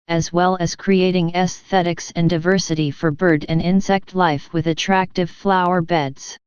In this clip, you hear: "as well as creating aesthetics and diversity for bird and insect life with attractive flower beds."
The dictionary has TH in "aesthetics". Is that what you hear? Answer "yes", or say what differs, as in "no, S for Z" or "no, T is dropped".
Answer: yes